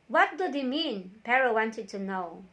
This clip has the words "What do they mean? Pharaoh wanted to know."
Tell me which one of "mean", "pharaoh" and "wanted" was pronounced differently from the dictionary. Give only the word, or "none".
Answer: pharaoh